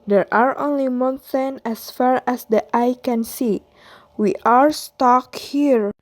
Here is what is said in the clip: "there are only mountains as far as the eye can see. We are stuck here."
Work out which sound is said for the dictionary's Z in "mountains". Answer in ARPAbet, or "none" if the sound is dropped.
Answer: none